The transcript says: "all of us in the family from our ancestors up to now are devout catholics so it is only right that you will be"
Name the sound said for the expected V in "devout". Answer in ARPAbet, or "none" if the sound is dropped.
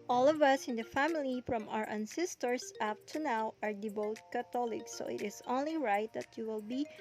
B